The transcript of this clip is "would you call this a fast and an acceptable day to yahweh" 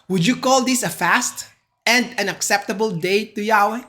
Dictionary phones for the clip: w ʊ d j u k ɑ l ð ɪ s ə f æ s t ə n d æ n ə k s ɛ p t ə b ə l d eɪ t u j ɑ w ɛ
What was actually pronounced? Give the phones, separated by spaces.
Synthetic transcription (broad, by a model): w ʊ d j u k ɑ l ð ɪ s ə f æ s t ə n d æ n ə k s ɛ p t ə b ə l d eɪ t u j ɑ w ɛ